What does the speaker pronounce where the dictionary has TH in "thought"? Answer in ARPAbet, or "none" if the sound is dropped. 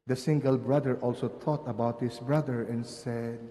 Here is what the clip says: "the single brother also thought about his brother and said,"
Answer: T